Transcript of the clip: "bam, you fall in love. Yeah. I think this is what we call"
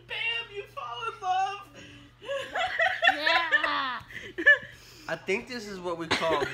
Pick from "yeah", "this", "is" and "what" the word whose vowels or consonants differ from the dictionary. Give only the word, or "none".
none